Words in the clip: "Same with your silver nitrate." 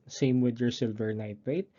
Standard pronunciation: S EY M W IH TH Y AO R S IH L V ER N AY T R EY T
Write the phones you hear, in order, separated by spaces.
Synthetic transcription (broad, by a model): S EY M W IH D Y AO R S IH L V ER N AY T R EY T